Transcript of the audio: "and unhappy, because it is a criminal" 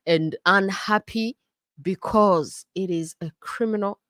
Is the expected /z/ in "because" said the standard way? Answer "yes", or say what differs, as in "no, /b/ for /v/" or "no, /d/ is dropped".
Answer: yes